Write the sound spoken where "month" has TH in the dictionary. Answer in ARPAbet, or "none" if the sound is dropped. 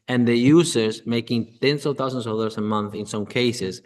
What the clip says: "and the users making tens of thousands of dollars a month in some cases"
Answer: TH